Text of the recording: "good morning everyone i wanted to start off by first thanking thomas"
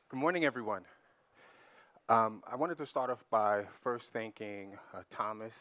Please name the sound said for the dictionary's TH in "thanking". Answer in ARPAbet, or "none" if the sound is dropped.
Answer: TH